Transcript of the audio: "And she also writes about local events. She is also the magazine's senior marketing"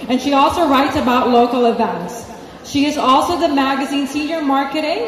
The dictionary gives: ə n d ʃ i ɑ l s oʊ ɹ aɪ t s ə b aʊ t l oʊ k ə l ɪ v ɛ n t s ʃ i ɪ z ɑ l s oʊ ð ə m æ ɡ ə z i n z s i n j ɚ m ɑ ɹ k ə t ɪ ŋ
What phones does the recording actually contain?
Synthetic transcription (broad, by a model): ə n ʃ i ɑ l s oʊ ɹ aɪ t s ə b aʊ t l oʊ k l ɪ v ɛ n t s ʃ i ɪ z ɑ l s oʊ ð ə m æ ɡ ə z i n s i n j ɚ m ɑ ɹ k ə t ɪ ŋ